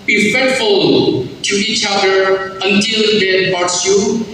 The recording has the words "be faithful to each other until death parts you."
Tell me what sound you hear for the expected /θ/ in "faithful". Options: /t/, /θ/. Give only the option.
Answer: /t/